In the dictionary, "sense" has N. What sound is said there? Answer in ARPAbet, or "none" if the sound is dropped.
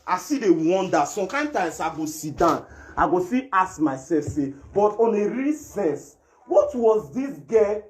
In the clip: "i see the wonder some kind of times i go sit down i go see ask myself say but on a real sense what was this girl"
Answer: none